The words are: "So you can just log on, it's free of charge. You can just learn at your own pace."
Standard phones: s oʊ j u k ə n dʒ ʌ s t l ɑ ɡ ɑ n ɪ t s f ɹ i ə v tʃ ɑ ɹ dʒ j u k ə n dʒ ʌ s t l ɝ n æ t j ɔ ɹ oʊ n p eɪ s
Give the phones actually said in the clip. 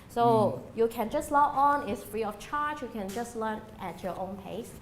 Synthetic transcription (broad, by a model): s oʊ j u k ə n dʒ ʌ s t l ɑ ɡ ɑ n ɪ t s f ɹ i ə f tʃ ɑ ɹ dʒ j u k ə n dʒ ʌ s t l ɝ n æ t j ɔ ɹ oʊ n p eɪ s